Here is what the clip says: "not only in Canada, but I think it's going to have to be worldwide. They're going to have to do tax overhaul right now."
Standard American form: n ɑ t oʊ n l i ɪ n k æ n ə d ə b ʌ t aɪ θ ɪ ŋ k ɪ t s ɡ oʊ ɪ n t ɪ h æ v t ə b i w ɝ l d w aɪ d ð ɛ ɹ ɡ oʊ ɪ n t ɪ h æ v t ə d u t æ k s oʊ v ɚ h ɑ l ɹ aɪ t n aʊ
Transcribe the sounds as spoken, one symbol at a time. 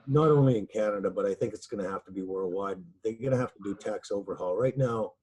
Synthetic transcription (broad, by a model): n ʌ t oʊ n l i ɪ n k æ n ə d ə b ʌ t aɪ θ ɪ ŋ k ɪ t s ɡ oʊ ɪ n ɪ h æ f t ə b i w ɝ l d w aɪ d ð ɛ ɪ ɡ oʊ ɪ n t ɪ h æ f t ə d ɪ t æ k s oʊ v ɚ h ɑ l ɹ aɪ t n aʊ